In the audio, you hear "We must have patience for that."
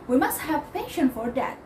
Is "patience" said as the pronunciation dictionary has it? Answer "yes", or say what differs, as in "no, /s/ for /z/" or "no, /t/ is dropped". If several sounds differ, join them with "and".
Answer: no, /s/ is dropped